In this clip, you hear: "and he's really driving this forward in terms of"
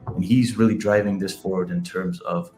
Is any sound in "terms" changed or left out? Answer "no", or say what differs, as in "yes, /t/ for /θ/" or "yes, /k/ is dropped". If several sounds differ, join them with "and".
no